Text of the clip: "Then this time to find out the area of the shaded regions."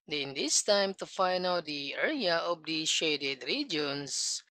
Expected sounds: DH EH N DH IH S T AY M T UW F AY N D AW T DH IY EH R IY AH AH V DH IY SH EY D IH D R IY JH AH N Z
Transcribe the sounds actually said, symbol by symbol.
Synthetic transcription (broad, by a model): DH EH N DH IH S T AY M T UW F AY N AW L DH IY EH R IY AH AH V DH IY SH EY D IH D R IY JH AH N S